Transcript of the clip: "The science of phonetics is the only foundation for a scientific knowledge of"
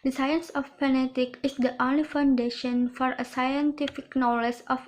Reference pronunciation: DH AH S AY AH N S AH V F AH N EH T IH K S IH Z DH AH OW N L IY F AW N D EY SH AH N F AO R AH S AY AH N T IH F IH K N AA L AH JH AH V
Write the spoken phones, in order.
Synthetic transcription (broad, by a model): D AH S AY AH N S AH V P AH N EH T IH K IH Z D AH OW N L IY F AW N D EY SH AH N F AO R AH S AY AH N T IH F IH K N AA L AH JH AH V